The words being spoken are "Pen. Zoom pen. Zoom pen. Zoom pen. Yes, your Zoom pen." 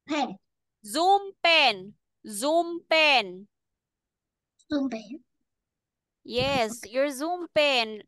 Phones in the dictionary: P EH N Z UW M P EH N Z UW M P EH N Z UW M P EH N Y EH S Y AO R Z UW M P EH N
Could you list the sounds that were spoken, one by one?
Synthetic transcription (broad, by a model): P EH Z UW M P EH N Z UW M P EH N Z UW M P EH N Y EH S Y AO R Z UW M P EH N